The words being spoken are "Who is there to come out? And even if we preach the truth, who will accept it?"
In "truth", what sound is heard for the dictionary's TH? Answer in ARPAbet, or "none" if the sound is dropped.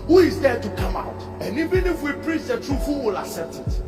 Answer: F